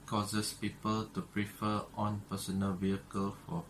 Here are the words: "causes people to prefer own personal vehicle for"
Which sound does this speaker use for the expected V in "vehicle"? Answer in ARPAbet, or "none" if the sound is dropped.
V